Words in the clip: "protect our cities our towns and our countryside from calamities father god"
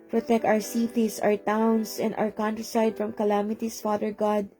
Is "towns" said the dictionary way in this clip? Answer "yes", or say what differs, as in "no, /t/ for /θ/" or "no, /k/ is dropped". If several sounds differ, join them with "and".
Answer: no, /s/ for /z/